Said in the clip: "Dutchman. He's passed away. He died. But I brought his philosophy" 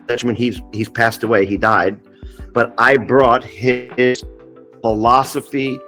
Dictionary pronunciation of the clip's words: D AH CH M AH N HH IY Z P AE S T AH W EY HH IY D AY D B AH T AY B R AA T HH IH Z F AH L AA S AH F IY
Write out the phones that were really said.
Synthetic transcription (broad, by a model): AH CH M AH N HH IY Z P AE S T AH W EY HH IY D AY D B AH T AY B R AA T HH IH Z F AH L AA S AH F IY